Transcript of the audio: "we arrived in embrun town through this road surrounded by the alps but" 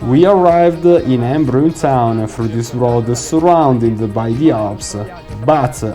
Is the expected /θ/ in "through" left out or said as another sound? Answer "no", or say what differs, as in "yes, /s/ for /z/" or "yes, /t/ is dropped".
yes, /f/ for /θ/